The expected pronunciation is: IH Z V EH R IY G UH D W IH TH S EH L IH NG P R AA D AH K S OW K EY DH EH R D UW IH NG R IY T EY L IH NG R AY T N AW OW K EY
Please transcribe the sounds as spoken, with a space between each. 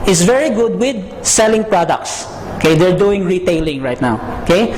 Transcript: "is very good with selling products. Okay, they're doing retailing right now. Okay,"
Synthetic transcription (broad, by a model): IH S V EH R IY G UH D W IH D S EH L IH NG P R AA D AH K S OW K EY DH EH R D UW IH NG R IY T EY L IH NG R AY T N AW OW K EY